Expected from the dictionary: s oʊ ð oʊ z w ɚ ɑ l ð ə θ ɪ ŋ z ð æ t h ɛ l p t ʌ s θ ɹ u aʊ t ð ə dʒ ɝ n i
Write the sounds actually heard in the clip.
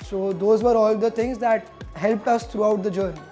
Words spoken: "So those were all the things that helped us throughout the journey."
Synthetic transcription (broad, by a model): s oʊ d oʊ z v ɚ ɑ l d ə t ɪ ŋ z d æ t h ɛ l p t ʌ s t ɹ u aʊ t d ə dʒ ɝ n i